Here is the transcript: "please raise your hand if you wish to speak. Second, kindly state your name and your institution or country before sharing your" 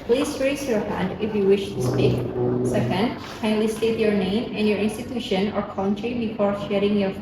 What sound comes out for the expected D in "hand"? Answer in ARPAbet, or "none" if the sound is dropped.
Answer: D